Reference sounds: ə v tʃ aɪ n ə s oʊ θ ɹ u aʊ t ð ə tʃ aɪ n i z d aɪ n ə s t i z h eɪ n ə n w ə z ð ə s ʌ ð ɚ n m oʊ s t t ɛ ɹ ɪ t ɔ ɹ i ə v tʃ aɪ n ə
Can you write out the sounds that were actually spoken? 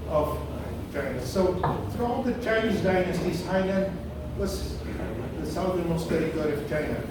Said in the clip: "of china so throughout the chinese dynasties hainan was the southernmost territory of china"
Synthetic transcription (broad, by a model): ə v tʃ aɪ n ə s oʊ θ ɹ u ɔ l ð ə tʃ aɪ n i z d aɪ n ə s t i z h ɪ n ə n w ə s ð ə s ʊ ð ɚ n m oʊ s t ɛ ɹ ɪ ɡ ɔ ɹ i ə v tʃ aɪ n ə